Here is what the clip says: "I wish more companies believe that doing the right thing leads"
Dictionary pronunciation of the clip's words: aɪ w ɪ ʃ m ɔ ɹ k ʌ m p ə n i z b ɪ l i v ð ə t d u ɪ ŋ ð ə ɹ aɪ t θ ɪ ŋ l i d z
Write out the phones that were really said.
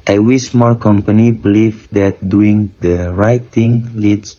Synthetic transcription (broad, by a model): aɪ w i s m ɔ l k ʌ m p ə n i b ɪ l i v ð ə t d u ɪ ŋ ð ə ɹ aɪ t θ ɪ ŋ l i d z